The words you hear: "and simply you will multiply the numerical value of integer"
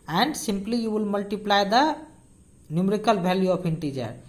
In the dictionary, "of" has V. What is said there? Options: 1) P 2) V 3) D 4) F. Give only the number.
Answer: 1